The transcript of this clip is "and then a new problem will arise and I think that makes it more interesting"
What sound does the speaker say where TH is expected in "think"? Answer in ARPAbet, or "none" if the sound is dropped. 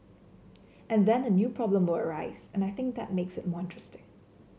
TH